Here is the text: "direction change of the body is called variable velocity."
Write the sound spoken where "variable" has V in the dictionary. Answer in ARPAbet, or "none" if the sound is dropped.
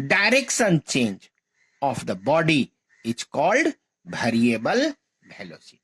B